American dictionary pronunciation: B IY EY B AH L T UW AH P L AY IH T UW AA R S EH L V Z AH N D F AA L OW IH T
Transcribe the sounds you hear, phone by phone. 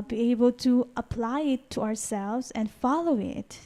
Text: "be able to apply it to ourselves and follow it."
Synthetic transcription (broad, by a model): B IY EY B AH L T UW AH P L AY IH T UW AA R S EH L V Z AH N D F AA L OW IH T